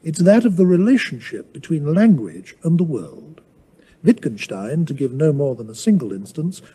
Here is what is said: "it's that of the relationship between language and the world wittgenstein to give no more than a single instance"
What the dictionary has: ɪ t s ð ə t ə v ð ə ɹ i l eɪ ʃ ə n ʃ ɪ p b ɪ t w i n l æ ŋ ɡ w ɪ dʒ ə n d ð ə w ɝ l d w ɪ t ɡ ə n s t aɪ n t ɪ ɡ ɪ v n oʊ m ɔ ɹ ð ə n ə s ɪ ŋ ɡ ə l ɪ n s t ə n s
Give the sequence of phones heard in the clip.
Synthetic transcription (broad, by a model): ɪ t s ð ə t ə v ð ə ɹ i l eɪ ʃ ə n ʃ ɪ p b ɪ t w i n l æ ŋ ɡ w ɪ dʒ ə n ð ə w ɝ l d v ɪ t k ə n ʃ t aɪ n t ɪ ɡ ɪ v n oʊ m ɔ ɹ ð ə n ə s ɪ ŋ ɡ ə l ɪ n s t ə n s